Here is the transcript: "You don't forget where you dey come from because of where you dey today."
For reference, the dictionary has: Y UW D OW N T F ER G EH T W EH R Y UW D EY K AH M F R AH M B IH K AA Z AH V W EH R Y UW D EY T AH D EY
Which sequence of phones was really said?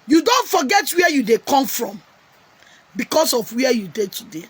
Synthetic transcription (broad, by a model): Y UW D OW N T F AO G EH T W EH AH Y UW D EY K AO M F R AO M B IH K AA S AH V W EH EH Y UW D EY T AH D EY